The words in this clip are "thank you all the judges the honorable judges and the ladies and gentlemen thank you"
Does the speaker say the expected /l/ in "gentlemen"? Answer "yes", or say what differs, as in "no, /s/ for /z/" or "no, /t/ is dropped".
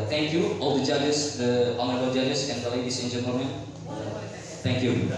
no, /l/ is dropped